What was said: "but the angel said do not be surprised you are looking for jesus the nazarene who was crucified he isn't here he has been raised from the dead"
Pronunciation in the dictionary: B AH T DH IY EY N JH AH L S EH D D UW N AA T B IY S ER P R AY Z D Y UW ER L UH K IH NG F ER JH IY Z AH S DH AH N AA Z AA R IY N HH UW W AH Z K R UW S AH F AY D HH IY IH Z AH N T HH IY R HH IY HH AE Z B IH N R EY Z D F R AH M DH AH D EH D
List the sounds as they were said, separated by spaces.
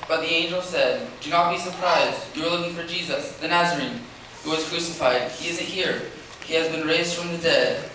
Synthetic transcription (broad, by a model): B AH T DH IY EY N JH AH L S EH D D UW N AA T B IY S ER P R AY Z D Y ER L UH K IH NG F ER JH IY Z AH S DH AH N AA Z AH R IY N HH UW W AH Z K R UW S AH F AY D HH IY IH Z AH N T HH IY R HH IY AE Z B IH N R EY Z D F R AH M DH AH D EH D